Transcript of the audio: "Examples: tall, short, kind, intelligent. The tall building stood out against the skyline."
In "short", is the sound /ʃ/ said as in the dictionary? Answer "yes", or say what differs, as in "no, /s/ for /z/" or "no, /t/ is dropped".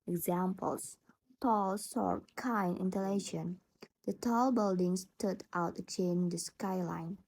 no, /s/ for /ʃ/